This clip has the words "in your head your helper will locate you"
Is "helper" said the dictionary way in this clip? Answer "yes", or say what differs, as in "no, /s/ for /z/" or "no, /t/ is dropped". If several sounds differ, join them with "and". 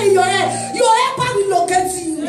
no, /l/ is dropped